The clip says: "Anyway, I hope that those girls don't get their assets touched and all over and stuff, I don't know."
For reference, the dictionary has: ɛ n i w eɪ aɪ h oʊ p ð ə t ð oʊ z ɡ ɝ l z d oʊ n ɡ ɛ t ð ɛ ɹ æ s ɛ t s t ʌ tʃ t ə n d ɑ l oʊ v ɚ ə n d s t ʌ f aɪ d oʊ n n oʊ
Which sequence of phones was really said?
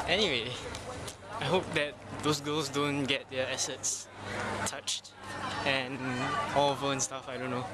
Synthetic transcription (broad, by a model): ɛ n i w eɪ aɪ h oʊ p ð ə t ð oʊ s ɡ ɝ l s d oʊ n ɡ ɛ t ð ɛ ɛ s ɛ t s t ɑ tʃ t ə n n ɑ l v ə n s t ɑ f aɪ d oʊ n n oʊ